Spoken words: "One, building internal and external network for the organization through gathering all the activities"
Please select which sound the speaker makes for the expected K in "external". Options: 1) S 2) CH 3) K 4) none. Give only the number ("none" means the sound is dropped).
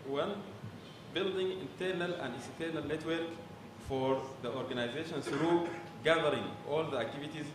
4